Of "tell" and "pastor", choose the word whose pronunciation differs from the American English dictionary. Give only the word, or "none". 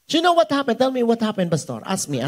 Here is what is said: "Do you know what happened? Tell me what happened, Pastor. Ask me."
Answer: pastor